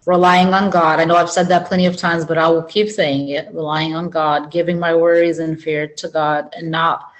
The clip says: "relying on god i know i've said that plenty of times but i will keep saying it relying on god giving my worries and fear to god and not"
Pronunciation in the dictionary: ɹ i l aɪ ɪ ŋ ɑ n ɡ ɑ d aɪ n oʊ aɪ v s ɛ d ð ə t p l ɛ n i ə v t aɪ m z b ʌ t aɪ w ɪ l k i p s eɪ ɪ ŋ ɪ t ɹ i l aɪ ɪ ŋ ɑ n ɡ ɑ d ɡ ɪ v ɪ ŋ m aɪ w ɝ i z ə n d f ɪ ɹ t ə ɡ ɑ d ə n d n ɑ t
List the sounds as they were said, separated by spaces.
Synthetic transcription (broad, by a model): ɹ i l aɪ ɪ ŋ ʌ n ɡ ɑ d aɪ n oʊ aɪ v s ɛ d ð ə t p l ɛ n i ə v t aɪ m z b ʌ t aɪ w ɪ l k i p s eɪ ɪ ŋ ɪ t ɹ i l aɪ ɪ ŋ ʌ n ɡ ɑ d ɡ ɪ v ɪ ŋ m aɪ w ɝ i z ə n f ɪ ɹ t ə ɡ ɑ d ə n n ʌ t